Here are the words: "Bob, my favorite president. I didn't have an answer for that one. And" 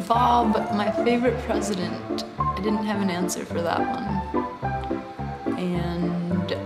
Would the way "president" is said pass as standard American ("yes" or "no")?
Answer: yes